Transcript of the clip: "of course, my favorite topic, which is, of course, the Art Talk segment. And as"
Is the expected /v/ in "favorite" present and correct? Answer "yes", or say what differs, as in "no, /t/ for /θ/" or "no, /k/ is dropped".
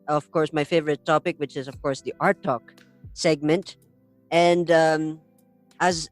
yes